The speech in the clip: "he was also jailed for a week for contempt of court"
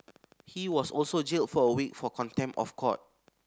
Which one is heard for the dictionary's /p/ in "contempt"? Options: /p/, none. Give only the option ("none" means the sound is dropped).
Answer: none